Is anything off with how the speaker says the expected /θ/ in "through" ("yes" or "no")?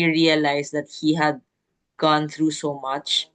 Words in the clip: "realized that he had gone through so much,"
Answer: yes